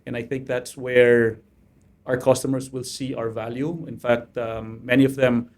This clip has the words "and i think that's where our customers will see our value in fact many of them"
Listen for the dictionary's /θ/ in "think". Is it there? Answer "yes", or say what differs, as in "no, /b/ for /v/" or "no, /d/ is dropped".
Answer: yes